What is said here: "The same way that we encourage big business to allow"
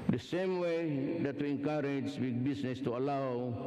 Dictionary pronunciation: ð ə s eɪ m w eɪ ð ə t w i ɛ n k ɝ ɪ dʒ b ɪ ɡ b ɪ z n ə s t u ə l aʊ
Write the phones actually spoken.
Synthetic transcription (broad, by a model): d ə s eɪ m w eɪ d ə t w i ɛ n k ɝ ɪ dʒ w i b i s n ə s t u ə l aʊ